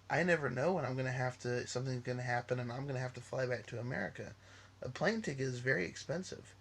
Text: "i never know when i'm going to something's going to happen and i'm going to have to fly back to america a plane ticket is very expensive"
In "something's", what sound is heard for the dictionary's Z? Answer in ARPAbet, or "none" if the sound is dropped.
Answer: Z